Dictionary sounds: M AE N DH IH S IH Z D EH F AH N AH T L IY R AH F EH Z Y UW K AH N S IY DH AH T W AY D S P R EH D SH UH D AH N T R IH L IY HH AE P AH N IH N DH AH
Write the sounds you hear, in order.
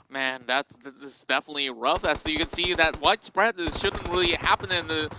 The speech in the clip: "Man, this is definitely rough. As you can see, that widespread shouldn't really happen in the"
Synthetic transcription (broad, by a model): M AE N DH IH S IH S D EH F AH N AH T L IY R AH F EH S Y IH K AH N S IY DH AH T W AY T S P R EH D SH UH D N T R IH L IY HH AE P AH N IH N DH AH